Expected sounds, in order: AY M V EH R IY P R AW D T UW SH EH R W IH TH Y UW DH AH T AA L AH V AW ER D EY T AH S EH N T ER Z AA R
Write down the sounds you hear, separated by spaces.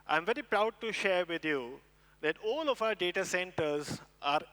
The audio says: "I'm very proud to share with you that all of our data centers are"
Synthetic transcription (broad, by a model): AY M V EH R IY P R AW D T UW SH EH R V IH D Y UW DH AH T AA L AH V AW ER D EY T AH S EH N T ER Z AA R